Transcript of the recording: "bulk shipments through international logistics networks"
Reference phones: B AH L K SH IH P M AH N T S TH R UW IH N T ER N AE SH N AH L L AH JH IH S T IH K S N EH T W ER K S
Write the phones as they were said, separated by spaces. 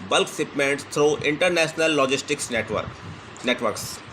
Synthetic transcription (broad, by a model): B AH L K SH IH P M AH N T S T R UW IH N T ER N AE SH N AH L L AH JH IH S T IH K S N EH T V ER K S